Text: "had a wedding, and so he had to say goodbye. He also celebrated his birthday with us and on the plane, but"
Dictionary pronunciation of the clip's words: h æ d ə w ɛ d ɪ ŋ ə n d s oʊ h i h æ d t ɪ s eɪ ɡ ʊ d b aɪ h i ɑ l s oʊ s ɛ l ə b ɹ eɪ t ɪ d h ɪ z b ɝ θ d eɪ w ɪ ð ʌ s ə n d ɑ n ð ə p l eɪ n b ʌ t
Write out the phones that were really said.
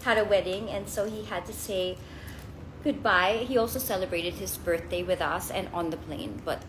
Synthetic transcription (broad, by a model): h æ d ə w ɛ d ɪ ŋ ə n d s oʊ h i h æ d t ɪ s eɪ ɡ ʊ d b aɪ h i ɑ l s oʊ s ɛ l ə b ɹ eɪ t ɪ d h ɪ z b ɝ θ d eɪ w ɪ ð ʌ s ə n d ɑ n ð ə p l eɪ n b ʌ t